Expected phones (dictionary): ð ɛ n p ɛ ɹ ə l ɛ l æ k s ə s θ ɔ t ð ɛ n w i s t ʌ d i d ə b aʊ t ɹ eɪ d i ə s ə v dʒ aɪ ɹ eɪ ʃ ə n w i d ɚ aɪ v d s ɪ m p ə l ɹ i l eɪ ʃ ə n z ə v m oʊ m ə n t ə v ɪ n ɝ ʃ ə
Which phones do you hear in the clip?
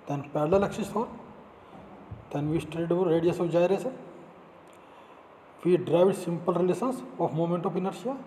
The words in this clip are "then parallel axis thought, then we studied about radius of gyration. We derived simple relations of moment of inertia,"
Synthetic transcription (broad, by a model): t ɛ n p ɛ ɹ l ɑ l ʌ k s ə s t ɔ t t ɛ n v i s t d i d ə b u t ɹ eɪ d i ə s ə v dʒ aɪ ɹ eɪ s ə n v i d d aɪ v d s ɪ m p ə l ɹ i l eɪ s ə n s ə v m oʊ m ə n t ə f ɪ n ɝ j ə